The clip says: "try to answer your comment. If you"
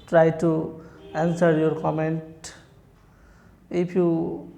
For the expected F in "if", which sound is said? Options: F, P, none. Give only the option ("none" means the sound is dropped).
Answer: P